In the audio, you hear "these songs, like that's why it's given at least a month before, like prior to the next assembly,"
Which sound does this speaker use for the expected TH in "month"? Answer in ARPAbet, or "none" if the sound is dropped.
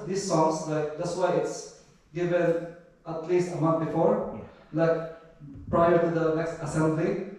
T